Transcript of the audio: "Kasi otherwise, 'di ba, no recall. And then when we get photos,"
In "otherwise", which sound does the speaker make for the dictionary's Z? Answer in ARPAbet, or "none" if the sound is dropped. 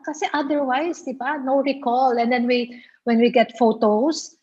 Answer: S